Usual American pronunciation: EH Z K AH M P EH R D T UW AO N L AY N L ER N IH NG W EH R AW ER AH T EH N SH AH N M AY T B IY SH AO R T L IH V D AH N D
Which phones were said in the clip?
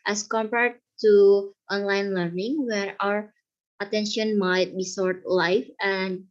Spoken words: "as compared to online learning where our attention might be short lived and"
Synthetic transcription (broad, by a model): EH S K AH M P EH R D T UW AO N L AY N L ER N IH NG W EH R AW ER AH T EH N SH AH N M AY T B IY S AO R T L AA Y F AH N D